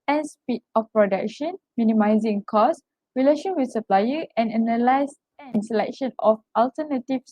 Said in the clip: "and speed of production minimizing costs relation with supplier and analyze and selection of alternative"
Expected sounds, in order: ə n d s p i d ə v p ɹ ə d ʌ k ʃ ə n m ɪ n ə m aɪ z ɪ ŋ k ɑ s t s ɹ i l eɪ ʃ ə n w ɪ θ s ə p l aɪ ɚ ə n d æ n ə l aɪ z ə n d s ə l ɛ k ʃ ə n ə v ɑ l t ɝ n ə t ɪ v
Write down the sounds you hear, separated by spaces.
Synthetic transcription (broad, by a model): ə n s p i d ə f p ɹ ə d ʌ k ʃ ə n m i n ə m aɪ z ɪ ŋ k ɑ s s ɹ i l eɪ ʃ ə n w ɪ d s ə p l aɪ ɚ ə n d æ n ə l aɪ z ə n s ə l ɛ k ʃ ə n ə f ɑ l t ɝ n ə t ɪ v